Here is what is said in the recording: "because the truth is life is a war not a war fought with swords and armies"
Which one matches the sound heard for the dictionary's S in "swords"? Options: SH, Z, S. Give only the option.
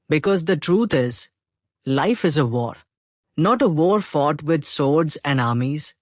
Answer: S